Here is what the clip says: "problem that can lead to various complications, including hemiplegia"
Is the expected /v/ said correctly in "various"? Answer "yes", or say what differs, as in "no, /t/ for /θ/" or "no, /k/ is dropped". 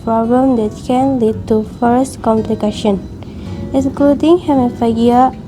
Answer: no, /f/ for /v/